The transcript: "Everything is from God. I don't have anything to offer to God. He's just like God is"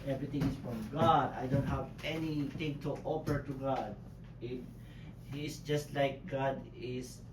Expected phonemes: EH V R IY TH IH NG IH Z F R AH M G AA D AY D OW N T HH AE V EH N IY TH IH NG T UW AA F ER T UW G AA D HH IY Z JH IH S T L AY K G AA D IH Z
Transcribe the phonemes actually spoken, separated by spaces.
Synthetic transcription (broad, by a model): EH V R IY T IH NG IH S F R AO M G AA D AY D OW N T HH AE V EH N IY T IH NG T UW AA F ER T UW G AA D HH IY S JH IH S T L AY K G AA D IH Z